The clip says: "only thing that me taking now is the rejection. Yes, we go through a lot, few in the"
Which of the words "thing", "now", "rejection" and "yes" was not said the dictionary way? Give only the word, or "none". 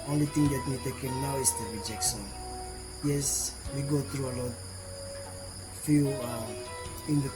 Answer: thing